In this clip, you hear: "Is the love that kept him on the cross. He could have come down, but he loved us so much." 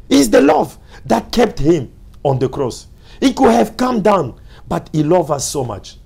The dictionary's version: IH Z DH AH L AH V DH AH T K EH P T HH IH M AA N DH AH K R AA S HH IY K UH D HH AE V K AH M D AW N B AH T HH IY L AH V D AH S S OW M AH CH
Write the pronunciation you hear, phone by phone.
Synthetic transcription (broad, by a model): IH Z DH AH L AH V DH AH T K EH P T HH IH M AA N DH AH K R AA S HH IY K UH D HH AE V K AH M D AW N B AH T HH IY L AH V AH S S OW M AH CH